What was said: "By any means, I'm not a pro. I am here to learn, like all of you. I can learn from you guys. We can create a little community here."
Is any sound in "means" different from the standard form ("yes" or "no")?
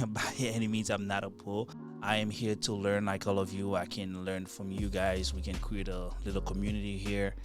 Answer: yes